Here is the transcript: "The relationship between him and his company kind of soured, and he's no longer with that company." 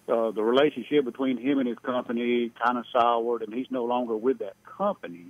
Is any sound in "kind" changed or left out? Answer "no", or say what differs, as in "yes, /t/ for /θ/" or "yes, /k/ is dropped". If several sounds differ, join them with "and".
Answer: yes, /d/ is dropped